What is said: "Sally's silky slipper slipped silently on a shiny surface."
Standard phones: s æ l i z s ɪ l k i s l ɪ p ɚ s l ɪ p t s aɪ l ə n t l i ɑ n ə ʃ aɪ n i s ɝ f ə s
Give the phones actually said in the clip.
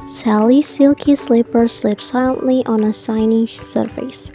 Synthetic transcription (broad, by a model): s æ l i s ɪ l k i s l ɪ p ɚ s l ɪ p s aɪ l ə n t l i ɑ n ə s aɪ n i s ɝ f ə s